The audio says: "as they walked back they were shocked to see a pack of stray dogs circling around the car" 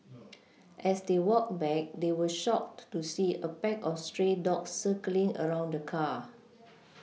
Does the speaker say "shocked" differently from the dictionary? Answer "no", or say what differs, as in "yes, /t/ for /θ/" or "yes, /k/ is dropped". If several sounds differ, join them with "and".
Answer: no